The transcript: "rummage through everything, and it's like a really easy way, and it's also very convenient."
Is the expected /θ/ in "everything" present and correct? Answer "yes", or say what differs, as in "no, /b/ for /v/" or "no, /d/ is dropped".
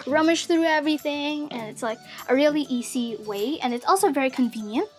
yes